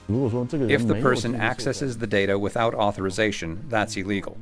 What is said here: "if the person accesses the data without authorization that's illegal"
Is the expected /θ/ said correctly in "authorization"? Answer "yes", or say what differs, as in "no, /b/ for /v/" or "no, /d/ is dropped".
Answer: yes